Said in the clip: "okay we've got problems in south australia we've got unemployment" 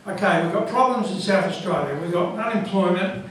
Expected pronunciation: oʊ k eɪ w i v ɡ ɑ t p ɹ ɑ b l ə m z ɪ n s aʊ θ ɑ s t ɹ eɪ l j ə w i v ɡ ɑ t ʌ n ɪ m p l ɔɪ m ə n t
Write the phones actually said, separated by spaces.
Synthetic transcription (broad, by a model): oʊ k eɪ w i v ɡ ɑ t p ɹ ɑ b l ə m z ɪ n s aʊ θ ɑ s t ɹ eɪ l j ə w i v ɡ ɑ t ʌ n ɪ m p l ɔɪ m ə n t